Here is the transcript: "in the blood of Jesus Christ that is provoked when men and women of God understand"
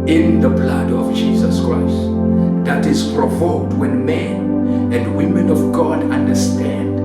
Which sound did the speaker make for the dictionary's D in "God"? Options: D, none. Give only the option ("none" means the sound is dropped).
D